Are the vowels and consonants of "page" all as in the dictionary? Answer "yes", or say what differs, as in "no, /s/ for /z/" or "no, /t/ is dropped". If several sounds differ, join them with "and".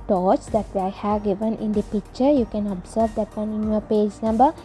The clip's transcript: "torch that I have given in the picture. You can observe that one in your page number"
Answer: yes